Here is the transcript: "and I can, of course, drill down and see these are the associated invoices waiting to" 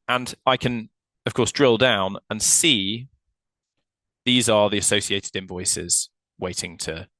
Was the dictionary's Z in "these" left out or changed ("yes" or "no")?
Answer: no